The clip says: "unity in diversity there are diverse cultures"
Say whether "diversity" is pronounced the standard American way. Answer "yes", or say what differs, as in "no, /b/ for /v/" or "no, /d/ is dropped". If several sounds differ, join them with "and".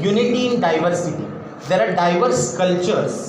yes